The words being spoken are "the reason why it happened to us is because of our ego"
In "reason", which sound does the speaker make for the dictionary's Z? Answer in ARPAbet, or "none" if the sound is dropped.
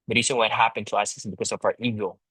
S